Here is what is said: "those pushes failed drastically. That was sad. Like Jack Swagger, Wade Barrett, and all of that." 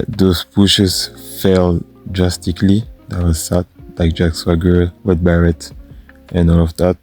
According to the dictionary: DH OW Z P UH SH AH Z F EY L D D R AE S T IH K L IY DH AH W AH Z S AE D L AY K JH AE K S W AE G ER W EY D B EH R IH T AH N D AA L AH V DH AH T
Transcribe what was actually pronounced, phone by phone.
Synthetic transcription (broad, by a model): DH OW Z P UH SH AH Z F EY L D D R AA S T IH K L IY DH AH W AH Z S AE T L AY K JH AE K S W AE G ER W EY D B EH R IH T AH N AA L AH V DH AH T